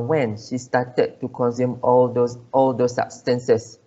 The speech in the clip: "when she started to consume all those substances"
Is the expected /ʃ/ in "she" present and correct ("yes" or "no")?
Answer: yes